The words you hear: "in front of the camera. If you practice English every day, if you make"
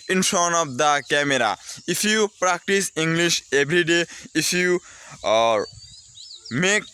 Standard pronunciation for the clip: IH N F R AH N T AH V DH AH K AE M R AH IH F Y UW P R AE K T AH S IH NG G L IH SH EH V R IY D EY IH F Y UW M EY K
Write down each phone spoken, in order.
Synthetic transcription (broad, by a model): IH N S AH N AH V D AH K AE M R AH IH F Y UW P R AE K T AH S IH NG G L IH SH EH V R IY D EY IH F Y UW M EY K